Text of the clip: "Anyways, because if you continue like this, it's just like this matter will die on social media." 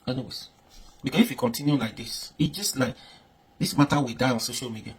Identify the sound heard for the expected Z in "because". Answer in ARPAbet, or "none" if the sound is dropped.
S